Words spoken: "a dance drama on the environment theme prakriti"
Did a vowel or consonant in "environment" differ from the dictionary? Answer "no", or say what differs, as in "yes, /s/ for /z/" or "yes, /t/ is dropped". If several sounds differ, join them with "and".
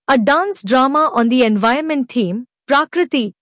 yes, /ɹ/ is dropped